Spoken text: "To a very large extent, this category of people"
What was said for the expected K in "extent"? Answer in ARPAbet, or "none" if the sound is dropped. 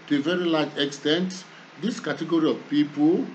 K